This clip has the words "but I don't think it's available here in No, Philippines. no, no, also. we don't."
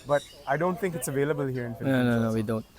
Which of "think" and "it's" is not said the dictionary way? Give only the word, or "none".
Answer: think